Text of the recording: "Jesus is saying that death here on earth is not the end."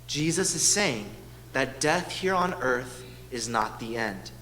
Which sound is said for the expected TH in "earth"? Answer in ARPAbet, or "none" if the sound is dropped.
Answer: TH